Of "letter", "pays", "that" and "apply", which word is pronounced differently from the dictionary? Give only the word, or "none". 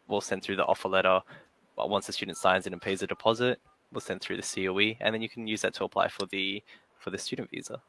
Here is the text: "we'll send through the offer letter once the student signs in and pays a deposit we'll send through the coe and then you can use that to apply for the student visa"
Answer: none